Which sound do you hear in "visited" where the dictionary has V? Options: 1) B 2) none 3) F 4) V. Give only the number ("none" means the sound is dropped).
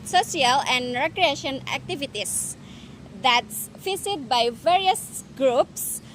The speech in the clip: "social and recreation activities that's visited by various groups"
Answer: 3